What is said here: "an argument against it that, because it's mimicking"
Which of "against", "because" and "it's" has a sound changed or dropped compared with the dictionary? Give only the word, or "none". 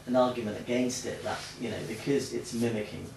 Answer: none